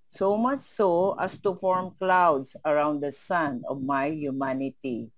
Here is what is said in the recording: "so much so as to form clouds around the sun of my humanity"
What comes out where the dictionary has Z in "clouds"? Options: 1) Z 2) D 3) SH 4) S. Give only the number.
4